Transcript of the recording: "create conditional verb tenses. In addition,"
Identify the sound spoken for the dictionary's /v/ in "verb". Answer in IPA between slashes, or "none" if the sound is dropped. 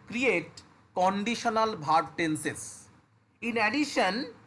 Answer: /b/